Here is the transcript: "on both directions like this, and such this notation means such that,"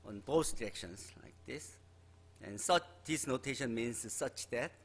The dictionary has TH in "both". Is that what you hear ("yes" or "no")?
no